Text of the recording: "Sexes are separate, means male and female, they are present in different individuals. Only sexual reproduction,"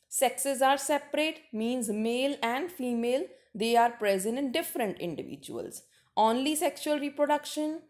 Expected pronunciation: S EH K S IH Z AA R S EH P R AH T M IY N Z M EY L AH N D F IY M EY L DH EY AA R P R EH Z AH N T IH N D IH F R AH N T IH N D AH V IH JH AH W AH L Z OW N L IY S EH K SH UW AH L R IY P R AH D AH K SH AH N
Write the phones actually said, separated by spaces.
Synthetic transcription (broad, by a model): S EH K S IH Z AA R S EH P R AH T M IY N Z M EY L AH N D F IY M EY L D EY AA R P R EH Z AH N T IH N D IH F R AH N T IH N D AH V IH JH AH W AH L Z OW N L IY S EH K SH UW AH L R IY P R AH D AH K SH AH N